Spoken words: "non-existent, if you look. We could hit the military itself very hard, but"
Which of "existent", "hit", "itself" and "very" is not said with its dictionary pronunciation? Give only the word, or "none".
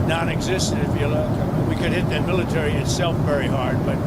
existent